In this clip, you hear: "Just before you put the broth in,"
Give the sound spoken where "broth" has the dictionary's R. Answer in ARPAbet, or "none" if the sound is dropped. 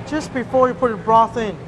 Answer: R